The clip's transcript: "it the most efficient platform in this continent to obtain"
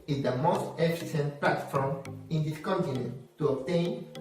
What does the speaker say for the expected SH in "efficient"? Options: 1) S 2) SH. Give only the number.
1